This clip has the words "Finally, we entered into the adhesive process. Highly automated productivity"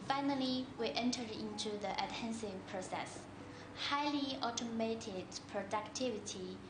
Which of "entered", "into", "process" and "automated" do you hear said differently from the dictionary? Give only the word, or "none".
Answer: entered